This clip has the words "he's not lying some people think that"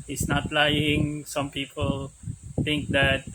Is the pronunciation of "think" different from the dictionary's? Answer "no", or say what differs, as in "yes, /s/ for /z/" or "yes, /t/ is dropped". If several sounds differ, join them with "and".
yes, /t/ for /θ/